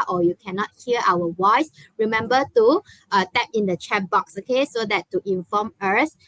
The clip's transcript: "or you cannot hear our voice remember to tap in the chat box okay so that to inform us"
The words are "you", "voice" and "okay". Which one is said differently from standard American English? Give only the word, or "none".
voice